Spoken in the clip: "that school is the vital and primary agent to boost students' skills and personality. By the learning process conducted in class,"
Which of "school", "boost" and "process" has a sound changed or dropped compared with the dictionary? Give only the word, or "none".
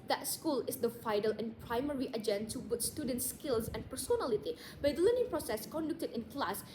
boost